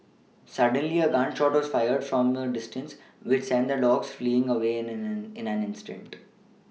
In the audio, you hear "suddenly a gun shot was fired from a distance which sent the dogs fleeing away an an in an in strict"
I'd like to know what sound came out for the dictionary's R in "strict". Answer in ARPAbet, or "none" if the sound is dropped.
none